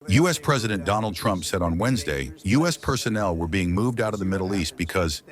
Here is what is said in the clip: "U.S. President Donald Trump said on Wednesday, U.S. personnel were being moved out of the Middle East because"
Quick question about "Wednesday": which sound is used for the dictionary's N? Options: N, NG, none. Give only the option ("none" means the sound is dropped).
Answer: N